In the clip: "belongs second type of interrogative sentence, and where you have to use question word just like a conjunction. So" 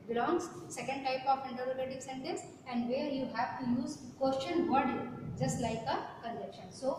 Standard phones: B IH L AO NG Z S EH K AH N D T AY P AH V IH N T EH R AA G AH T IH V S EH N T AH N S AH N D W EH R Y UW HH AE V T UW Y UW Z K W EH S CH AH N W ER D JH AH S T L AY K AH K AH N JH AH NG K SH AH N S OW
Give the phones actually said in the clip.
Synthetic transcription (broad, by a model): B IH L AO NG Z S EH K AH N D T AY P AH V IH N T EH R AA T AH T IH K S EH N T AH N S AH N D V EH R Y UW HH AE V T UW Y UW Z K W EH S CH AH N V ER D JH AH S T L AY K AH K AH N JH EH K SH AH N S OW